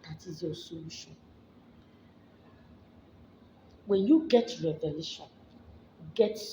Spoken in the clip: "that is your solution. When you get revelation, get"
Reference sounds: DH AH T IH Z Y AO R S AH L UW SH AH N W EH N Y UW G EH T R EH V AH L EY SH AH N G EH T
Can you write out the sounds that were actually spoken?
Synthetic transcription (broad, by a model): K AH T IH Z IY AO S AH UW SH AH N W EH N Y UW G EH T R EH V AH L EY SH AH N G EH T